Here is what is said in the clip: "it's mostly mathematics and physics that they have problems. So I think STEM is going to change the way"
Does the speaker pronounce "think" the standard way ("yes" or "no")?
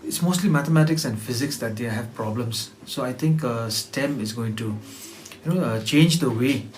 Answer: no